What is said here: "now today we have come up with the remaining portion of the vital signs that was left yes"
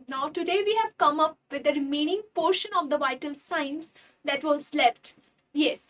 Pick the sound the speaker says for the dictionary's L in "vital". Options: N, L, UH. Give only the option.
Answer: L